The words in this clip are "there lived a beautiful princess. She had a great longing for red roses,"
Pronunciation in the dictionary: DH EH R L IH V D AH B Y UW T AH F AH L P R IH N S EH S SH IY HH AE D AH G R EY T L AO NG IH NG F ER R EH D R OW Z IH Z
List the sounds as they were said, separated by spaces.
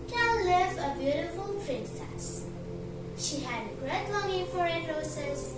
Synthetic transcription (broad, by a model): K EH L L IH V AH B Y UW T AH F AH L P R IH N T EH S SH IY HH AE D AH G R EY T L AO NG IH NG F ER R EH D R OW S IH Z